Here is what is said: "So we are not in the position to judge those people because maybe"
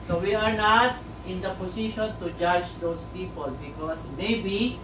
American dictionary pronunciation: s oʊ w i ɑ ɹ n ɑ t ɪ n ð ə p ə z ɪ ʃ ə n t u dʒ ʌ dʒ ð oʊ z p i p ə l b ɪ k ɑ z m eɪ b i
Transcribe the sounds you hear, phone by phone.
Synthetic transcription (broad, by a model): s oʊ w i ɑ ɹ n ɑ t ɪ n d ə p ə s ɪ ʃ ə n t u dʒ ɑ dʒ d oʊ s p i p ə l b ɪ k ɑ s m eɪ b i